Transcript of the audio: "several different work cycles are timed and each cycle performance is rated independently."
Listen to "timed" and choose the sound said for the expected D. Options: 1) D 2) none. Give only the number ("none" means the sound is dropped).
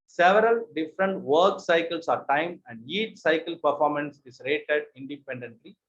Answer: 2